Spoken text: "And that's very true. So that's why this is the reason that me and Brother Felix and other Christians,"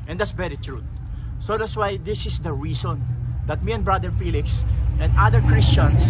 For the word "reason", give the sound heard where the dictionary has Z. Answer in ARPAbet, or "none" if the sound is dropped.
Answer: S